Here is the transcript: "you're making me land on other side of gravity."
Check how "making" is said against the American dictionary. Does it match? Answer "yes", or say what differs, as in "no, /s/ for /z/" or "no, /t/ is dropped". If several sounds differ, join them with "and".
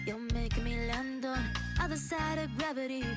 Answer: no, /k/ is dropped